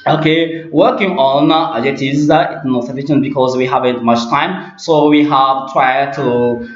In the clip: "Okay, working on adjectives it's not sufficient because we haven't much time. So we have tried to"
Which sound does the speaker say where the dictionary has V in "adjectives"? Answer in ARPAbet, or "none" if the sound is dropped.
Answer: none